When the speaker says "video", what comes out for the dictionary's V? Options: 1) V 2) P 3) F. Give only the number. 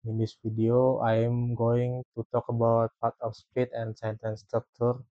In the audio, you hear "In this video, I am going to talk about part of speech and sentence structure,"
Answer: 3